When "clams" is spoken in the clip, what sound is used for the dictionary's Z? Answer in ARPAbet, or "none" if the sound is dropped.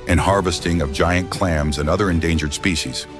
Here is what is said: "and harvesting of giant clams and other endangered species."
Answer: Z